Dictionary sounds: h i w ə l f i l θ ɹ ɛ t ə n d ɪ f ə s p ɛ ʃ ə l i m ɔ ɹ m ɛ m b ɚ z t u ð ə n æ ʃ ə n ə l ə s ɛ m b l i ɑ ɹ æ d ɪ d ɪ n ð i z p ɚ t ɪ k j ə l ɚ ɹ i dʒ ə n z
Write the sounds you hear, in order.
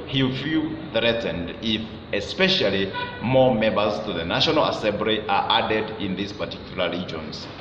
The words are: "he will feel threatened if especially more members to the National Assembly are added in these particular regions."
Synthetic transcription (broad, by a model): h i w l f i l θ ɹ ɛ t ə n d ɪ f ə s p ɛ ʃ ə l i m ɔ m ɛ m b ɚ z t u ð ə n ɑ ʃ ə n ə l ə s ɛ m b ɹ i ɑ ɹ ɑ d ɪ d ɪ n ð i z p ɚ t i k j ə l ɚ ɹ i dʒ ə n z